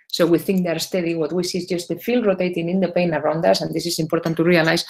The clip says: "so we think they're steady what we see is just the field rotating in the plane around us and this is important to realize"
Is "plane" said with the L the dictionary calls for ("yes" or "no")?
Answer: no